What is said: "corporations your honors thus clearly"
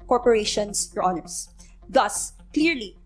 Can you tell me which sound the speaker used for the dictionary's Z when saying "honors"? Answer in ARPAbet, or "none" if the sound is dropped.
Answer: S